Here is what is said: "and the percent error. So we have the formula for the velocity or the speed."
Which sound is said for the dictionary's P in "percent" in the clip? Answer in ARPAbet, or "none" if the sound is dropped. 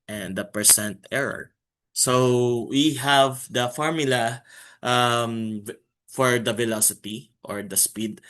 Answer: P